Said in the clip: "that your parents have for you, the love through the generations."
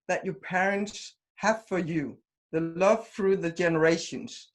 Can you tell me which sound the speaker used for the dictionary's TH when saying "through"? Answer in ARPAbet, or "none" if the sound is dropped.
TH